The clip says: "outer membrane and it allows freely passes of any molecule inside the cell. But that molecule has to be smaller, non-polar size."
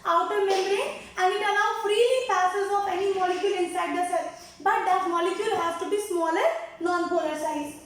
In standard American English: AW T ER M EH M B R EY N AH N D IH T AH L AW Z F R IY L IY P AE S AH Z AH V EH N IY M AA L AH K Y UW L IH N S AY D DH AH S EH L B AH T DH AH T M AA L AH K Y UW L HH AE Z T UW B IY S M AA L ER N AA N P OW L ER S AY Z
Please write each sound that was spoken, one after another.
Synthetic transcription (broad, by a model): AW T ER M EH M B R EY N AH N IH T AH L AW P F R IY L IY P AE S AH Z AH P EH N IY M AA L AH K Y UW L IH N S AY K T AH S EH B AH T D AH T M AA L AH K Y UW L HH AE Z T UW B IY S M AA L ER N AA N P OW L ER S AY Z